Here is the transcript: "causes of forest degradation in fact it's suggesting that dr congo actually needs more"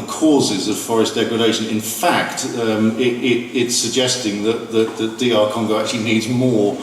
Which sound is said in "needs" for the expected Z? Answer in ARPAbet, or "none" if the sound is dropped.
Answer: Z